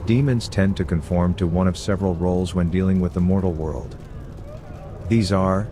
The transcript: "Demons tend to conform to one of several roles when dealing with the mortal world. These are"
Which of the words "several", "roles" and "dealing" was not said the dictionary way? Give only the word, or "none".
none